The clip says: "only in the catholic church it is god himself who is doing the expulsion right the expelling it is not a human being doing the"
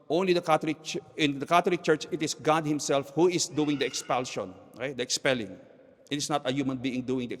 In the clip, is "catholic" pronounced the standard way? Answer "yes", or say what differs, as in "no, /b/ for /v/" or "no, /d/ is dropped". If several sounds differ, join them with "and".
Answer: no, /t/ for /θ/